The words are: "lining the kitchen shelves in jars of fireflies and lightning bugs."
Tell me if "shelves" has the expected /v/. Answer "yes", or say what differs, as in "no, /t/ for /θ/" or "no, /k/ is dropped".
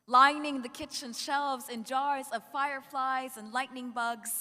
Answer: yes